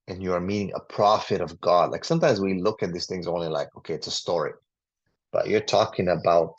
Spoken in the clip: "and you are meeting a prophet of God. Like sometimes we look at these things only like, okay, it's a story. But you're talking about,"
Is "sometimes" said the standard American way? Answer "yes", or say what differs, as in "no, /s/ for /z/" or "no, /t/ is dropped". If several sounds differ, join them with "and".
yes